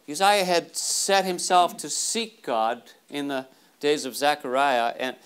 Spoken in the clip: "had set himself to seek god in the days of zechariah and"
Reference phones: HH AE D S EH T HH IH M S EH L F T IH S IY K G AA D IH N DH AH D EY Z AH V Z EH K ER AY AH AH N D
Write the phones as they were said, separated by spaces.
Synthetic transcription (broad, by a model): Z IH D S EH T HH IH M S EH L F T IH S IY K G AA D IH N DH AH D EY Z AH V Z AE K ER AY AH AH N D